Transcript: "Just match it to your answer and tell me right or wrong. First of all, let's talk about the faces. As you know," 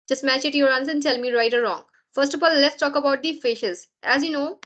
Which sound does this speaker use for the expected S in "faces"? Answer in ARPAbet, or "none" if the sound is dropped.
SH